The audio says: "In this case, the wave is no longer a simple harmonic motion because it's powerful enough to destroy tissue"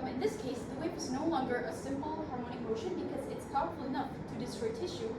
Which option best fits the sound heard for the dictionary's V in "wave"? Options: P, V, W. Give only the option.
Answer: P